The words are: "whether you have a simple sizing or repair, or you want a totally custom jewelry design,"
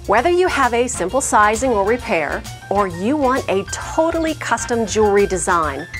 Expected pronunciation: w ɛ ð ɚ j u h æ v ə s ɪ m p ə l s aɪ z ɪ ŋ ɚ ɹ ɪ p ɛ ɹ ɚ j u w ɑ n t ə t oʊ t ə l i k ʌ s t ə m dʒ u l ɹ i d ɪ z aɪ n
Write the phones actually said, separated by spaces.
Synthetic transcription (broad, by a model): w ɛ ð ɚ j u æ v ə s ɪ m p l s aɪ z ɪ ŋ ɚ ɹ ɪ p ɛ ɹ ɚ j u w ɑ n t ə t oʊ t l i k ʌ s t ə m dʒ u ɹ i d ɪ z aɪ n